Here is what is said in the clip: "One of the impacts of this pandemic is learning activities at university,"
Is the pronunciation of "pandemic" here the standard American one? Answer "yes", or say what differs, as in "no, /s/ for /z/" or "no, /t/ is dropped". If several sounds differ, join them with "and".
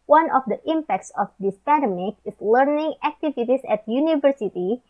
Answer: no, /n/ is dropped